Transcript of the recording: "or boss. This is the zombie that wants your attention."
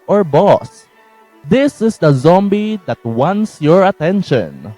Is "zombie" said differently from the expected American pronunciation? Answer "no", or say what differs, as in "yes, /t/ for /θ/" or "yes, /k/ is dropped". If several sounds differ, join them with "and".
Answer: no